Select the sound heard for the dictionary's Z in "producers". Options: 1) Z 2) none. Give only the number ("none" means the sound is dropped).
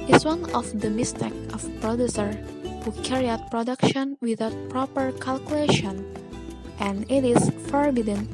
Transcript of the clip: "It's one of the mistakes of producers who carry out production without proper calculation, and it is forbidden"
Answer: 2